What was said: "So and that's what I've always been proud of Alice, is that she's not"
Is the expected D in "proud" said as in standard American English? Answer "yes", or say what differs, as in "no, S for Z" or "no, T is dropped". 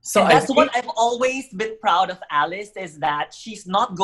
yes